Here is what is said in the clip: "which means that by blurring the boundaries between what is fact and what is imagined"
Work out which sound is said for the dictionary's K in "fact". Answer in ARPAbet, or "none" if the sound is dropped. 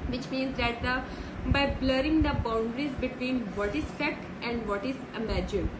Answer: none